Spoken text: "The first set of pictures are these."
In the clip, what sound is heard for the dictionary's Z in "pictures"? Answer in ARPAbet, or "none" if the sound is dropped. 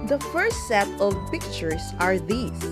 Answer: S